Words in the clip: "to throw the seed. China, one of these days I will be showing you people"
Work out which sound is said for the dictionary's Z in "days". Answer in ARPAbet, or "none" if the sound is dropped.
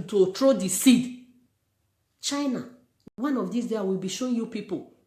none